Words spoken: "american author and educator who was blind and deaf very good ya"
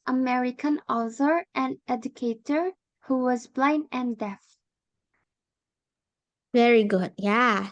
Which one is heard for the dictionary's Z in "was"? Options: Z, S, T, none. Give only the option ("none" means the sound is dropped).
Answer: Z